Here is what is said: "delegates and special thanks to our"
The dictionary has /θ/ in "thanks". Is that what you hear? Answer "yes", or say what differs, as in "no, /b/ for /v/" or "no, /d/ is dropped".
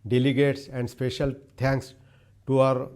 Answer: no, /t/ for /θ/